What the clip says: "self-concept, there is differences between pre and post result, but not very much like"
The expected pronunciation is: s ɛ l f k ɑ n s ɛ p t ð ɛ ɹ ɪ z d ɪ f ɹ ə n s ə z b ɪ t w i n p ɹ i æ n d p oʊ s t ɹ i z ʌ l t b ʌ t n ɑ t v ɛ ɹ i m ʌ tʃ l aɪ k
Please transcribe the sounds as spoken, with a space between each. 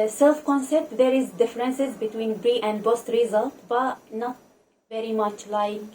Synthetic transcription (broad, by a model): s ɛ l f k ɑ n s ɛ p t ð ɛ ɹ ɪ z d ɪ f ɹ ə n s ə z b ɪ t w i n b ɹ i æ n d b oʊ s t ɹ i z ʌ l t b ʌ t n ɑ t v ɛ ɹ i m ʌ tʃ l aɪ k